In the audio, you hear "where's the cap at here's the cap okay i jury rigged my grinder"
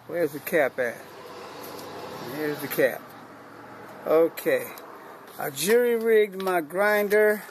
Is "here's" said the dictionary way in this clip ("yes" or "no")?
yes